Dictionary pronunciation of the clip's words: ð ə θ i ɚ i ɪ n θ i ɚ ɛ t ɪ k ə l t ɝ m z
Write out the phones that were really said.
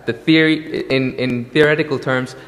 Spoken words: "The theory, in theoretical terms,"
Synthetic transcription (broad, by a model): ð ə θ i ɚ i ɪ n θ i ɚ ɛ t ɪ k ə l t ɝ m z